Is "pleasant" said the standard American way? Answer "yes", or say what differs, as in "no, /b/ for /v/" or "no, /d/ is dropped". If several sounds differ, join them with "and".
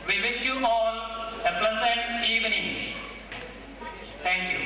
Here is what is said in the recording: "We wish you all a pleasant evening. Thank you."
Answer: no, /l/ is dropped and /s/ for /z/